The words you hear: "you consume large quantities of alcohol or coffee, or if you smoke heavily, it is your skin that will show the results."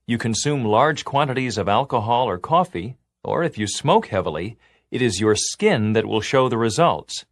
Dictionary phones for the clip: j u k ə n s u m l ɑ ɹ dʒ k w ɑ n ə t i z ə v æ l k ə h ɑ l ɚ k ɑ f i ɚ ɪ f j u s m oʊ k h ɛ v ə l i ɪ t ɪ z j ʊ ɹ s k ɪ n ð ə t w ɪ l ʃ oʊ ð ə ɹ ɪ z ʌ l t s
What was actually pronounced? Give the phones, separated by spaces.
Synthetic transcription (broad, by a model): j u k ə n s u m l ɑ ɹ dʒ k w ɑ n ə t i z ə v æ l k ə h ɑ l ɚ k ɑ f i ɚ ɪ f j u s m oʊ k h ɛ v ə l i ɪ t ɪ z j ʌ ɹ s k ɪ n ð ə t w ɪ l ʃ oʊ ð ə ɹ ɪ z ʌ l t s